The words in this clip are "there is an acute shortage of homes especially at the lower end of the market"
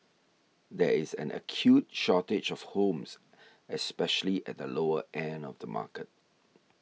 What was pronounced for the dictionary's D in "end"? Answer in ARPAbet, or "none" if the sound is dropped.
none